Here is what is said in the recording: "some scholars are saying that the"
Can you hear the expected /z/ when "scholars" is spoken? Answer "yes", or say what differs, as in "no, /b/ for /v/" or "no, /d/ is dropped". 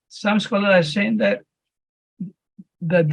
no, /z/ is dropped